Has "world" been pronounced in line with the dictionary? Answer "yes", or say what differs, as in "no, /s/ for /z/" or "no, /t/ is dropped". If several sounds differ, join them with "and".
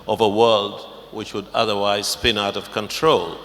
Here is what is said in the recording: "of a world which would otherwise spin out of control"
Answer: yes